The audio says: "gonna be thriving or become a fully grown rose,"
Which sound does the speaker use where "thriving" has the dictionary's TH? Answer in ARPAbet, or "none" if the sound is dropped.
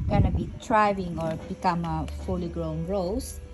T